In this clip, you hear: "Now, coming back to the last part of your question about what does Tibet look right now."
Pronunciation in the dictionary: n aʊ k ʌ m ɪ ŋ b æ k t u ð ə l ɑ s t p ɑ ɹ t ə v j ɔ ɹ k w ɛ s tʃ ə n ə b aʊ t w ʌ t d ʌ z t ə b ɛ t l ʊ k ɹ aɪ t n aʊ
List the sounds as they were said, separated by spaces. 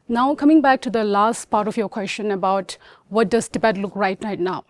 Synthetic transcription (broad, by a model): n aʊ k ʌ m ɪ ŋ b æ k t u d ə l ɑ s t p ɑ ɹ t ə f j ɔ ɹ k w ɛ s tʃ ə n ə b aʊ t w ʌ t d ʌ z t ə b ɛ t l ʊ k ɹ aɪ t n aʊ